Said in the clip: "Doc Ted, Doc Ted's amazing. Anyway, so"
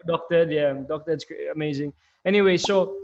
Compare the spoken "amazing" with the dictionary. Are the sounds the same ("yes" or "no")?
yes